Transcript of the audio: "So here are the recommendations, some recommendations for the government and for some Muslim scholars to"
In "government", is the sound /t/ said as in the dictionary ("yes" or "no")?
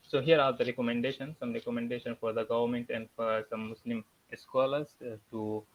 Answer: yes